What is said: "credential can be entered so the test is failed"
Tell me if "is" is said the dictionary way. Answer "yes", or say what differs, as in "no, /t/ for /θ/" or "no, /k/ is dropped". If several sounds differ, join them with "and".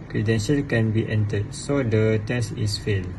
no, /s/ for /z/